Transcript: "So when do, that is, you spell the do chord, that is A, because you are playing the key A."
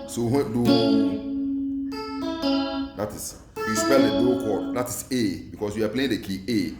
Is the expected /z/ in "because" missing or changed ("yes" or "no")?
yes